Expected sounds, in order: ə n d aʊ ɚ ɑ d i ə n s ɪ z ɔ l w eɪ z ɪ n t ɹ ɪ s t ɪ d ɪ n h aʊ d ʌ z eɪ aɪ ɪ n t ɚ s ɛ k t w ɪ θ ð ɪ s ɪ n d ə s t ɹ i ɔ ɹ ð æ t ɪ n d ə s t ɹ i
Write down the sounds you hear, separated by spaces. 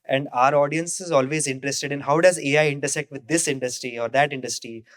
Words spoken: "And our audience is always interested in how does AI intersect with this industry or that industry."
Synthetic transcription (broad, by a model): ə n d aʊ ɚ ɑ d i ə n s ɪ z ɔ l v eɪ z ɪ n t ɹ ɪ s t ɪ d ɪ n h aʊ d ʌ z eɪ aɪ ɪ n t ɚ s ɛ k t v ɪ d ɪ s ɪ n d ə s t ɹ i ɔ ɹ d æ t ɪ n d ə s t ɹ i